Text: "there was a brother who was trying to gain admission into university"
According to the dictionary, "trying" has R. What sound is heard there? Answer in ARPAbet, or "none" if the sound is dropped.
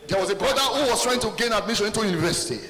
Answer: R